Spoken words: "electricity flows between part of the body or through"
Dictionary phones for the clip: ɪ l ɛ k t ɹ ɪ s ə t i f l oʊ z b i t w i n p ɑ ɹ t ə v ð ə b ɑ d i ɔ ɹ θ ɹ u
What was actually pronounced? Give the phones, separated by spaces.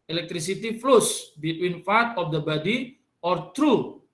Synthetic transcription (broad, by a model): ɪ l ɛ k t ɹ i s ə t i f l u s b i t w i n f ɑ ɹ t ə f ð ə b ɑ d i ɔ ɹ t ɹ u